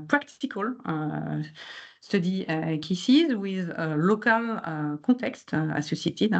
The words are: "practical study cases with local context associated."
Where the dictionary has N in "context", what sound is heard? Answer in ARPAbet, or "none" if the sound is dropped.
none